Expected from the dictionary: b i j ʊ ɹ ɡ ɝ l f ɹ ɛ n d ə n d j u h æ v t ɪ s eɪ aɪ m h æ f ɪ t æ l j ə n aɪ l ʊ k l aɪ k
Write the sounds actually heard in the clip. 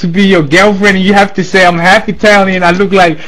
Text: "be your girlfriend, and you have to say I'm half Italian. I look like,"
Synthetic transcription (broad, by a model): b i j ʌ ɹ ɡ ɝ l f ɹ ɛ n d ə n j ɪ h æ f t ɪ s eɪ aɪ m h æ f ɪ t æ l j ə n aɪ l ʊ k l aɪ k